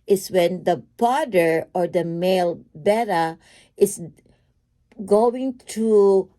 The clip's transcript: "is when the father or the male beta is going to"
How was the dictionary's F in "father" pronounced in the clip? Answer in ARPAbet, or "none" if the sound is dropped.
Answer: P